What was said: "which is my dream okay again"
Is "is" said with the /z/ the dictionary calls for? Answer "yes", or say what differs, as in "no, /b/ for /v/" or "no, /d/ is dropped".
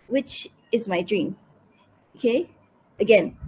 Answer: yes